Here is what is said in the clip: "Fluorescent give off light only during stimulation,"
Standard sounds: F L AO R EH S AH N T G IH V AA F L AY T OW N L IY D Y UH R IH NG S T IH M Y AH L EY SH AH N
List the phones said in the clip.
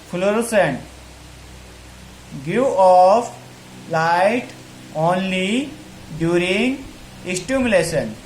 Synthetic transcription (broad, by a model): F L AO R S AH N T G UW AA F L AY T OW N L IY D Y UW R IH NG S T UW M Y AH L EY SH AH N